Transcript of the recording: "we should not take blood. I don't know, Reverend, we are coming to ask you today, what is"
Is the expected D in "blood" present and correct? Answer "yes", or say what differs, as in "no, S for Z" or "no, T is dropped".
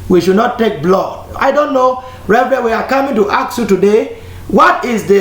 no, D is dropped